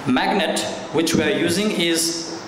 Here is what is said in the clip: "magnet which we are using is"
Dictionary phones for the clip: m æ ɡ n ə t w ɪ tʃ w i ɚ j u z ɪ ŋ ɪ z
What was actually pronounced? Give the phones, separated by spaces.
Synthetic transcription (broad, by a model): m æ ɡ n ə t w ɪ tʃ w i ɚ j u z ɪ ŋ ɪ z